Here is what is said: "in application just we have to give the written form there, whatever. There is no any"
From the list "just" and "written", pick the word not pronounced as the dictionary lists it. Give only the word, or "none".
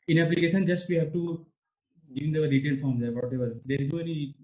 written